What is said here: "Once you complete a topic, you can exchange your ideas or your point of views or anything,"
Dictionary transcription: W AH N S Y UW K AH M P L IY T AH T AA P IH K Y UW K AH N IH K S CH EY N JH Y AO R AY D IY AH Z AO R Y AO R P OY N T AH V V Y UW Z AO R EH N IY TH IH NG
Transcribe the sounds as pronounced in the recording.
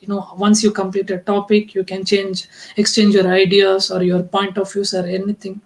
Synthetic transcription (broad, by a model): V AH N S Y UW K AH M P L IY T AH T AA P IH K Y UW K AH N IH K S CH EY N JH Y AO R AY D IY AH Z AO R Y AO R P OY N T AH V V Y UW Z AO R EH N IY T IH NG